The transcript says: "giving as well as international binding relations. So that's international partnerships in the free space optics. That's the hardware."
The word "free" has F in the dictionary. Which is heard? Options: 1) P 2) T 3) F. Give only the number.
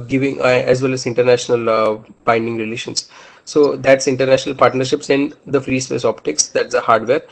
3